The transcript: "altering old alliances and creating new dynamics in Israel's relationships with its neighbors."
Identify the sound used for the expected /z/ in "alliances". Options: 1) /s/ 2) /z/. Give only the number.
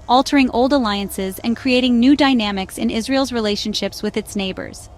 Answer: 2